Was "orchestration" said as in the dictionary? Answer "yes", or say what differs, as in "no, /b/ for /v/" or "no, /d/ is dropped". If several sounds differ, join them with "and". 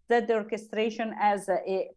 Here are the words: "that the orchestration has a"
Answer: yes